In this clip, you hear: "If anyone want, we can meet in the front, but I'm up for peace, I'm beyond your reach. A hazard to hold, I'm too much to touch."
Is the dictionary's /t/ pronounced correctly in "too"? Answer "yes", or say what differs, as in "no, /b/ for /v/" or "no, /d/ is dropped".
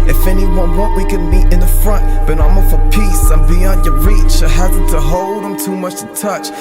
yes